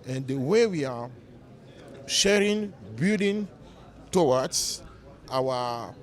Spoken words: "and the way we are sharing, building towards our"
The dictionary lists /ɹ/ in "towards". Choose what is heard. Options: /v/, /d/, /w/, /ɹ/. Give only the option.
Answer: /w/